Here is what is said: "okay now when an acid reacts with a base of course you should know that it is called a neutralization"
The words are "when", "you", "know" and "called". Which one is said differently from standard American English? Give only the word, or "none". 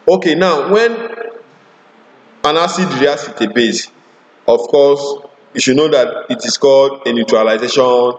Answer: none